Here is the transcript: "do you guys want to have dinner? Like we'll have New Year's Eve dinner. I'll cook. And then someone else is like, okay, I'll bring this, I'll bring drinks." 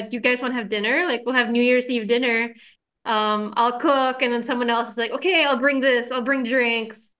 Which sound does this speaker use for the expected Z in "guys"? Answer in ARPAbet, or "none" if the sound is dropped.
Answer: Z